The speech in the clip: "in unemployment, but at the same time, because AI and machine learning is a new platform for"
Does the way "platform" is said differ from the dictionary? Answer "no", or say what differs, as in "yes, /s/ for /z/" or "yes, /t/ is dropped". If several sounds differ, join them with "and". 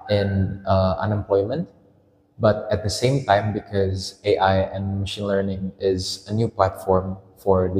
no